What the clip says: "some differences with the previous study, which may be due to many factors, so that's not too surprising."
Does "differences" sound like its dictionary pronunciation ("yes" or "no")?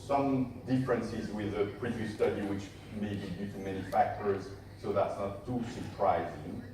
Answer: yes